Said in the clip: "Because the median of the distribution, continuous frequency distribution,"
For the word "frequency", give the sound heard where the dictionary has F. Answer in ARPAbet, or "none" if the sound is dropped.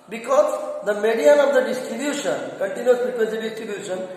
P